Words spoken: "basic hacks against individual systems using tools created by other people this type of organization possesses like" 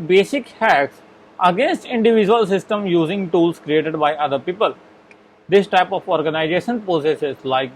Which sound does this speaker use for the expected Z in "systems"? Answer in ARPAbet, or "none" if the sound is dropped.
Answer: none